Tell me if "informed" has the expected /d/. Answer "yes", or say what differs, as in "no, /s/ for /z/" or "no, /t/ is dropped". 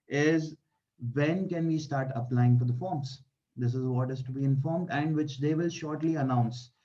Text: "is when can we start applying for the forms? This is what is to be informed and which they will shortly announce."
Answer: yes